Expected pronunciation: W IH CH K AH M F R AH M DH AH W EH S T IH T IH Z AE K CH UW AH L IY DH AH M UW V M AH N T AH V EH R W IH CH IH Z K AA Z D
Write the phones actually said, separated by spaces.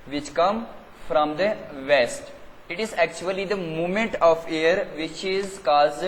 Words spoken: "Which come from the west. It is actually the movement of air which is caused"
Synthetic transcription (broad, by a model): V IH CH K AH M F R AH M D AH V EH S T IH T IH Z AE K CH UW AH L IY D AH M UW M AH N T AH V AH R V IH CH IH Z K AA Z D